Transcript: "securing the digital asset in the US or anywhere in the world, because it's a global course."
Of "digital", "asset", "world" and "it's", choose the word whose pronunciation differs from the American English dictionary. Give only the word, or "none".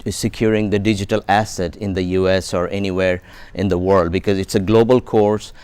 none